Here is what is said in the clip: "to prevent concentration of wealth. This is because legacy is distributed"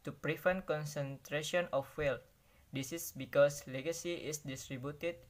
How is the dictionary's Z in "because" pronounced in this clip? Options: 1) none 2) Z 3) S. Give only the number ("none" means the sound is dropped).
3